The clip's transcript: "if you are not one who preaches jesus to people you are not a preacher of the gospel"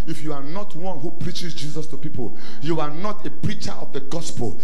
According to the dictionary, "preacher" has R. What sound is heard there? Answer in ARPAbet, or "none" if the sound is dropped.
R